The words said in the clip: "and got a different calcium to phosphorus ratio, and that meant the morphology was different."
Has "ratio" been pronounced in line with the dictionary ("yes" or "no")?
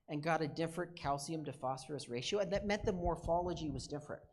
yes